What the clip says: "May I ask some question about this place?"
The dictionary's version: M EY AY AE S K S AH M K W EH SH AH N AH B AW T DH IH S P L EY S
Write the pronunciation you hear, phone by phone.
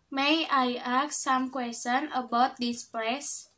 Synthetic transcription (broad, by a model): M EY AY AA K S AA M K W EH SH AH N AH B AW T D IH S P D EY S